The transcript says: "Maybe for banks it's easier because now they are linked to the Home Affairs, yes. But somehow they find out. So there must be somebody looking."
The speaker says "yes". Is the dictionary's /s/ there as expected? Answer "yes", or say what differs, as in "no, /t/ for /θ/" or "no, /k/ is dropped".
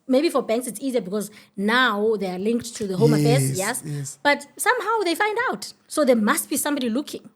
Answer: yes